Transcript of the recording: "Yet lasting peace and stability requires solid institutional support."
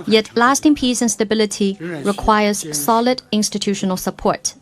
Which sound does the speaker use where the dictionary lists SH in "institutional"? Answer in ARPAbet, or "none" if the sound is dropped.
SH